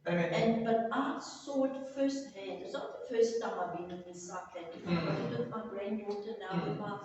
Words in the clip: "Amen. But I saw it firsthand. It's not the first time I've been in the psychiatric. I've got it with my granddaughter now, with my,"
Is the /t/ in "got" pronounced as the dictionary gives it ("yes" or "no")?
no